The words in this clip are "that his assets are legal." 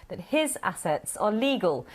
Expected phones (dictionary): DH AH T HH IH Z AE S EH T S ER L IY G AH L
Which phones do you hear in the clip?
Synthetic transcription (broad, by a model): DH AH T HH IH Z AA S EH T S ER L IY G AH L